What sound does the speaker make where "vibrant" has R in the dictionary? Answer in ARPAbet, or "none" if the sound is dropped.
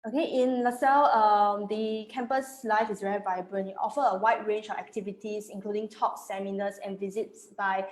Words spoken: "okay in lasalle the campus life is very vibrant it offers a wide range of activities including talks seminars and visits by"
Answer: L